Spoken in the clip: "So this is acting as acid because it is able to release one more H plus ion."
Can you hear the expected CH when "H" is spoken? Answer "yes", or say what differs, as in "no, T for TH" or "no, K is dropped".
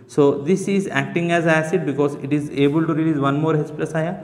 no, S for CH